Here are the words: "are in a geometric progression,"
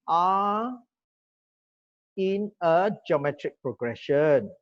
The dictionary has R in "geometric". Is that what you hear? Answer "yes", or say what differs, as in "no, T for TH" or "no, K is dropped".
yes